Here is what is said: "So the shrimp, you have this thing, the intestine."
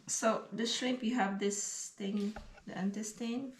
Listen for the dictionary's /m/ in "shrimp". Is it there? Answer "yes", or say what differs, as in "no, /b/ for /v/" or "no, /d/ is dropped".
no, /m/ is dropped